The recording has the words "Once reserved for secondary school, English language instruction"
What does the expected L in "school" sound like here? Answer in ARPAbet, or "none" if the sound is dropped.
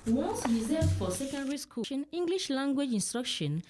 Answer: N